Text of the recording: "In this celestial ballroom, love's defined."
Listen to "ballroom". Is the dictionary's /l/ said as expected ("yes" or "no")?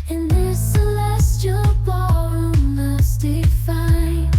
no